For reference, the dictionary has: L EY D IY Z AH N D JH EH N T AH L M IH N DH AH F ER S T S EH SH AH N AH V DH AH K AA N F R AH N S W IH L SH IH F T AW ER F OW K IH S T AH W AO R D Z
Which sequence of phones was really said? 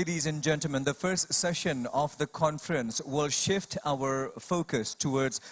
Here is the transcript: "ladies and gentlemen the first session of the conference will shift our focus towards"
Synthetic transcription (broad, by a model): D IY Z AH N JH EH N T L M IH N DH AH F ER S T S EH SH AH N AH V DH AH K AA N F R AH N S W IH L SH IH F T AW ER F OW K IH S T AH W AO R D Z